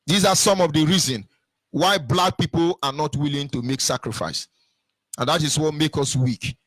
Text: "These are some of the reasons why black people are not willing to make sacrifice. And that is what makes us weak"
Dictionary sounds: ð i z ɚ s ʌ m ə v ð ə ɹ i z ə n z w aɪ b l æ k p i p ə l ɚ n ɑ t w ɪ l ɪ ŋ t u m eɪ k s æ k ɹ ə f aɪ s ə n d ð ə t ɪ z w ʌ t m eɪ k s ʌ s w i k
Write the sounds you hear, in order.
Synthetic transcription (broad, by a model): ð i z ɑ s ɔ m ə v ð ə ɹ i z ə n w aɪ b l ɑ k p i p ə l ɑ n ɑ t w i l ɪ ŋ t u m eɪ k s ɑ k ɹ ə f aɪ s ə n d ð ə t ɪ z w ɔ t m eɪ k ʌ s w i k